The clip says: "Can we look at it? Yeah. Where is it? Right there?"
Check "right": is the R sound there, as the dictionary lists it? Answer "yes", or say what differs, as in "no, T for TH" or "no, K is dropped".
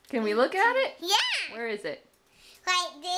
no, L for R